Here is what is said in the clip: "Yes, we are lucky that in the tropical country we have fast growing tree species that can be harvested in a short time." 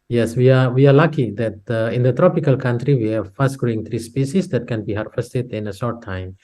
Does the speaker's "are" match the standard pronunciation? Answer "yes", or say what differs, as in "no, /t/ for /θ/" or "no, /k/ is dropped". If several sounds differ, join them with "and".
no, /w/ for /ɹ/